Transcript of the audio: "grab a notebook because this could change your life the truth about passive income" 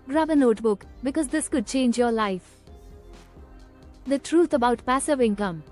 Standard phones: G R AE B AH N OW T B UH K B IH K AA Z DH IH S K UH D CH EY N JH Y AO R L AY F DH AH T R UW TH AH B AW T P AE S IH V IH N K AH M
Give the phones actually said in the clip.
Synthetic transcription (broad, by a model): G R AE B AH N OW T B UH K B IH K AA Z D IH S K UH D CH EY N JH Y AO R L AY F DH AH T R UW T AH B AW T P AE S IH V IH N K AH M